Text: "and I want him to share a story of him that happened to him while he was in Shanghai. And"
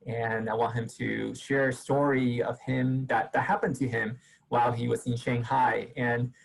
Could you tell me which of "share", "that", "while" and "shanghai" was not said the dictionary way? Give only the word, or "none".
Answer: none